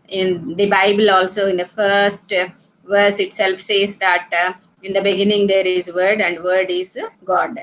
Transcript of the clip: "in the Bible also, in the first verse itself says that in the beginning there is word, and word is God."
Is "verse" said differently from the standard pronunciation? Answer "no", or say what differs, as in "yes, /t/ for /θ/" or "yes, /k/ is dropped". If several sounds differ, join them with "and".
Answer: no